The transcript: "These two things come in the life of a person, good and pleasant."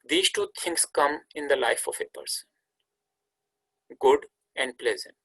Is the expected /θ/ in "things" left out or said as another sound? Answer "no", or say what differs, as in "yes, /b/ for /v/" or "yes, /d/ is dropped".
yes, /t/ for /θ/